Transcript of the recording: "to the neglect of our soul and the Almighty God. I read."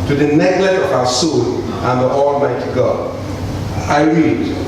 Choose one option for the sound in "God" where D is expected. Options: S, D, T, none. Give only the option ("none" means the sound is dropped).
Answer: none